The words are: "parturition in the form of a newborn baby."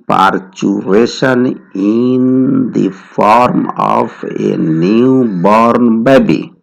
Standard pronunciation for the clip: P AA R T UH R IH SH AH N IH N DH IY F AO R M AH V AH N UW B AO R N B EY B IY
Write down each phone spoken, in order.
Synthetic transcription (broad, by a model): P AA R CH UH R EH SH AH N IH N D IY F AO R M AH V AH N UW B AO R N B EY B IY